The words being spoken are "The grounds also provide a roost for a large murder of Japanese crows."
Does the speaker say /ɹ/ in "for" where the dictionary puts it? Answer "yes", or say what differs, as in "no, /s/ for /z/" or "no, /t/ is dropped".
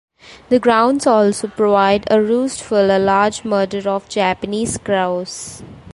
no, /l/ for /ɹ/